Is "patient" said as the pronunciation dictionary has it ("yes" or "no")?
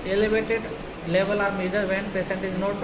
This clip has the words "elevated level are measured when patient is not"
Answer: no